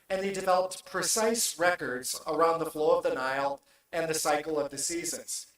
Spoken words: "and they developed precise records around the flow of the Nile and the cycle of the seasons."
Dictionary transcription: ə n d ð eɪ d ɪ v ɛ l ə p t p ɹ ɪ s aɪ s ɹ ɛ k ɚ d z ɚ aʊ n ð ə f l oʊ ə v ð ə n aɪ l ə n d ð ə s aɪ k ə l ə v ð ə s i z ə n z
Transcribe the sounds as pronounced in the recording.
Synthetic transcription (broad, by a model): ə n ð eɪ d ɪ v ɛ l ə p t p ɹ ɪ s aɪ s ɹ ɛ k ɚ d z ɚ aʊ n ð ə f l oʊ ə v ð ə n aɪ l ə n ð ə s aɪ k l ə v ð ə s i z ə n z